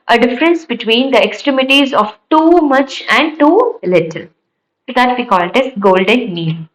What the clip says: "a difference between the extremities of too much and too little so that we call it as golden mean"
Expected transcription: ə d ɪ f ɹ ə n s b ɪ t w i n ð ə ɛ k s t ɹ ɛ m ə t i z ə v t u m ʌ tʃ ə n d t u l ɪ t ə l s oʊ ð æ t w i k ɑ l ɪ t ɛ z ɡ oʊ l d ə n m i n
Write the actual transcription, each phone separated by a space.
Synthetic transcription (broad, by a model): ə d ɪ f ɹ ə n s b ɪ t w i n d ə ɛ k s t ɹ ɛ m ə t i z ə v t u m ʌ tʃ ə n d t u l ɪ t ə l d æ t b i k ɑ l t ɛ s ɡ oʊ l d ə n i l